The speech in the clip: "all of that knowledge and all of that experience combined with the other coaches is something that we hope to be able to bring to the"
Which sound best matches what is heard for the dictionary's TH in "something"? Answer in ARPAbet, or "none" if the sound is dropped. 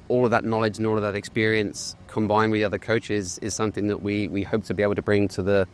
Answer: TH